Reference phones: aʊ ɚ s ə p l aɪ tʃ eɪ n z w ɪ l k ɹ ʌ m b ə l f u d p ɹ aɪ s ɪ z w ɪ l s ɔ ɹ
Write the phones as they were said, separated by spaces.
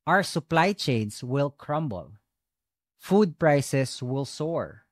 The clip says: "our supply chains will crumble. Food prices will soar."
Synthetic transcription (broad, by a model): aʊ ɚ s ə p l aɪ tʃ eɪ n s w ɪ l k ɹ ʌ m b ə l f u d p ɹ aɪ s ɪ s w ɪ l s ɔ ɹ